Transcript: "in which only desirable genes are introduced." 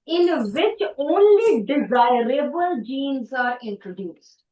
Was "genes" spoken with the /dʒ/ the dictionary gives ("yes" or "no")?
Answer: yes